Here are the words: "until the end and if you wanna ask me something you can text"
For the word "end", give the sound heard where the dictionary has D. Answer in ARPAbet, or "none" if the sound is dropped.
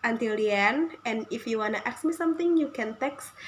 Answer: none